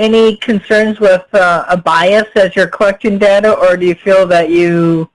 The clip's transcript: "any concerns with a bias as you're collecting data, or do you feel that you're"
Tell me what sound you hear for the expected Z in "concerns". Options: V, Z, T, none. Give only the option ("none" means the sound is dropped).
Z